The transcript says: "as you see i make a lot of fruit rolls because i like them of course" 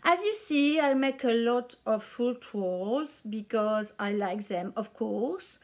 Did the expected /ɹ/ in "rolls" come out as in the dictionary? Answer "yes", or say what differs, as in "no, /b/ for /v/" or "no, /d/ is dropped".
no, /w/ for /ɹ/